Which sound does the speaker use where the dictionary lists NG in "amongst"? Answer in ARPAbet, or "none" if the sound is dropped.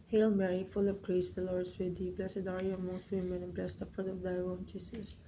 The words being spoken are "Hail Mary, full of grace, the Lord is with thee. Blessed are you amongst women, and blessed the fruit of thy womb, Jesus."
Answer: none